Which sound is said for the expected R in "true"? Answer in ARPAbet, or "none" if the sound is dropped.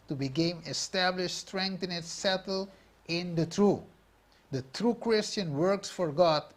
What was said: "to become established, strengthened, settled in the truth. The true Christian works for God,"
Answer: R